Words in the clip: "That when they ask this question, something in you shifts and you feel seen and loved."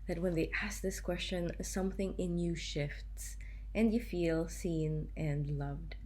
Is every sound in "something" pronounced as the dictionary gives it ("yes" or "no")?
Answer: yes